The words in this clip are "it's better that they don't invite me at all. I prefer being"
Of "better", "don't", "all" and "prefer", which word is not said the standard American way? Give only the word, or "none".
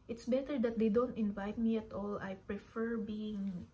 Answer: none